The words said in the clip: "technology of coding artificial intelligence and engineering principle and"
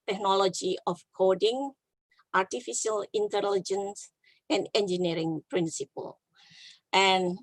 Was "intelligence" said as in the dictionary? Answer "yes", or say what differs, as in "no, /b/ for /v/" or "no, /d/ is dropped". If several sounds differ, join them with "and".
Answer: yes